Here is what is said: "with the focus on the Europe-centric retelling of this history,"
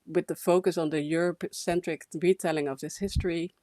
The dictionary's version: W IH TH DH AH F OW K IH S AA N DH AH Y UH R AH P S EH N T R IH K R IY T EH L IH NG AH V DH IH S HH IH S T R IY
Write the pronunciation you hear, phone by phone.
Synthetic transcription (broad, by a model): W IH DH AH F OW K IH S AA N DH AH Y UH R AH P S EH N T R IH K R IY T EH L IH NG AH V DH IH S HH IH S T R IY